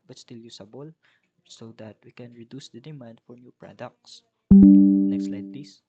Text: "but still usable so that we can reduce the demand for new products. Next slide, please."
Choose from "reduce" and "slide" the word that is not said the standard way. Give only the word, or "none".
none